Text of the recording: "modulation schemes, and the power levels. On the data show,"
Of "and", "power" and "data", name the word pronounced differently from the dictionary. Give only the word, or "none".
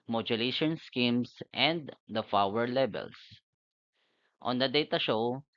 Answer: power